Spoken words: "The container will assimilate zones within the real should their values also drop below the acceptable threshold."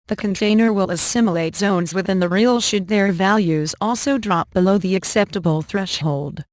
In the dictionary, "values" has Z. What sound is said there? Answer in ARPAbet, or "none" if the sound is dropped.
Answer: Z